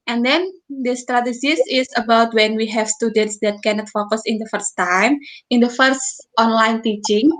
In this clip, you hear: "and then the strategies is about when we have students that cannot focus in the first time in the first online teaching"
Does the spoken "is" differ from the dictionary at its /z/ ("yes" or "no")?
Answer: yes